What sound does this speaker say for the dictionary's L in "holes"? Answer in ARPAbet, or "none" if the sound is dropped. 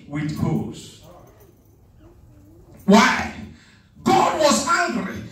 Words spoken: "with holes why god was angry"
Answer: none